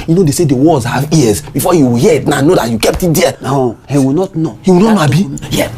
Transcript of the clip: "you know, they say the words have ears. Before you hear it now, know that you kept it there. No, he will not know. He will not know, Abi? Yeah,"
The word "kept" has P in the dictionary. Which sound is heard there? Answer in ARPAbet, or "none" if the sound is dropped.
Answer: P